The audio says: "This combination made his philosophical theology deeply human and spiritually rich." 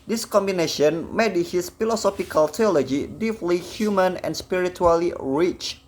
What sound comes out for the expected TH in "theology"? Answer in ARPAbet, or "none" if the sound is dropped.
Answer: T